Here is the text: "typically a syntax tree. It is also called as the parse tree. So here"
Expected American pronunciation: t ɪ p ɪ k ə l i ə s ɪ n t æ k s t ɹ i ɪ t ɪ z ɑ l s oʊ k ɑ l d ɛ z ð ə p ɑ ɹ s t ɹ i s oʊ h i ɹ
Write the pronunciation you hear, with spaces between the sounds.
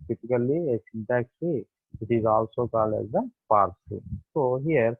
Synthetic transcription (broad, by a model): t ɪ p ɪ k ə l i ə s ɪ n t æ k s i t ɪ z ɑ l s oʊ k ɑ l ɛ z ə p ɑ ɹ s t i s oʊ h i ɹ